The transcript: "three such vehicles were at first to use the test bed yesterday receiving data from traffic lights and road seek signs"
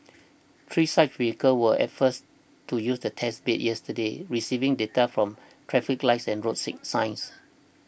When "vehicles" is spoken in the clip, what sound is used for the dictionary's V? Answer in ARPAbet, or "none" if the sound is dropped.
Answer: W